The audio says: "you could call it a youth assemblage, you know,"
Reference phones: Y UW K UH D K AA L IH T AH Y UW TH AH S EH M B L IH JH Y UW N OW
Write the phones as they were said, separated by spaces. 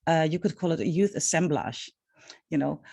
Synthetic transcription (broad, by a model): Y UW K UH D K AA L IH T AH Y UW TH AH S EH M B L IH SH Y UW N OW